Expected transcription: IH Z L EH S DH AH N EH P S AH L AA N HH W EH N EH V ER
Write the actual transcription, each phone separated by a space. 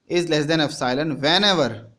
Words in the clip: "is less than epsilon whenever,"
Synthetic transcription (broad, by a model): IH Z L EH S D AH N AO F S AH L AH N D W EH N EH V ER